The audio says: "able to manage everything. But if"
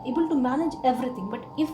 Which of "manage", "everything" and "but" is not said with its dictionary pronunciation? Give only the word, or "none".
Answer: everything